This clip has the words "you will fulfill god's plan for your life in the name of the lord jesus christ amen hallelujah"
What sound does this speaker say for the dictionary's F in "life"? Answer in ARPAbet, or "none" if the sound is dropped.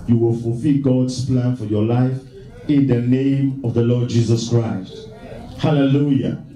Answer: F